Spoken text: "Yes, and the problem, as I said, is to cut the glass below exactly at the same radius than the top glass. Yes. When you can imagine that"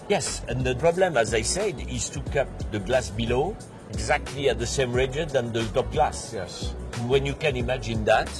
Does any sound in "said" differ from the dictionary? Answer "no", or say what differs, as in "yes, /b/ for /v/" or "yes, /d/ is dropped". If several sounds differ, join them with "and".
no